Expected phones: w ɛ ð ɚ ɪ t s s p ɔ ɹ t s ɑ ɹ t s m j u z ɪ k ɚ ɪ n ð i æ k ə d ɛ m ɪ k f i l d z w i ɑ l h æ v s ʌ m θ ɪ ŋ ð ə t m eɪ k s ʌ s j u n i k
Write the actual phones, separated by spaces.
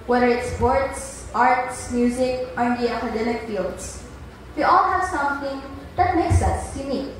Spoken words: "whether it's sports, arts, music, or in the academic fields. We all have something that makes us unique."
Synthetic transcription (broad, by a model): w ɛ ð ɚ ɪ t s s p ɔ ɹ t s ɑ ɹ t s m j u z ɪ k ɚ ɪ n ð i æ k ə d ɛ m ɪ k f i l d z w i ɑ l h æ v s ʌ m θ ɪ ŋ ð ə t m eɪ k s ʌ s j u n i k